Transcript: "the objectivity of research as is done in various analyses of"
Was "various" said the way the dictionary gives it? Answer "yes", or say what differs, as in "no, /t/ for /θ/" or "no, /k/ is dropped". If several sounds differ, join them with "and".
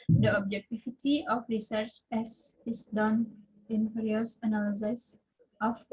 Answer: no, /f/ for /v/